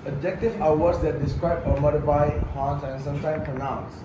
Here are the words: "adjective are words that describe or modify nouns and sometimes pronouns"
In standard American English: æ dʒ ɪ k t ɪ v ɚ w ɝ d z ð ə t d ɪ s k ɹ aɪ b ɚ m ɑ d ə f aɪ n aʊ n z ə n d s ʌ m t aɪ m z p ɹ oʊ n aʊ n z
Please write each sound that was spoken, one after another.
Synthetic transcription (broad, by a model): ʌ dʒ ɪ k t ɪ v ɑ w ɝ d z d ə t d ɪ s k ɹ aɪ b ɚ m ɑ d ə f aɪ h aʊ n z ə n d s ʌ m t aɪ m p ɹ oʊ n aʊ n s